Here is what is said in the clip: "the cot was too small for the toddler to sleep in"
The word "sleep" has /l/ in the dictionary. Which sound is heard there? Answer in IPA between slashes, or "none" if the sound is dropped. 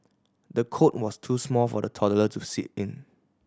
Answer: none